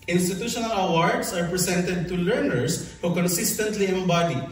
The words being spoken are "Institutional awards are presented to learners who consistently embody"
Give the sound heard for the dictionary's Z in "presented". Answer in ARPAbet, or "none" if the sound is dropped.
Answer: S